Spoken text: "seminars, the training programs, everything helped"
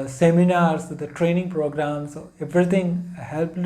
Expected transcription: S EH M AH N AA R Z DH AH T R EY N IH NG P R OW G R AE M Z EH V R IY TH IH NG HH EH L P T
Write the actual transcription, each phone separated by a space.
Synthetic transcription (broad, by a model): S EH M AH N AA R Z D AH T R EY N IH NG P R OW G R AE M S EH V R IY T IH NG HH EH L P